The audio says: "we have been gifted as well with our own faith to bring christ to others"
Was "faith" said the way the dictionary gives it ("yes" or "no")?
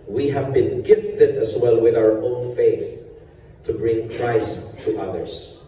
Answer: yes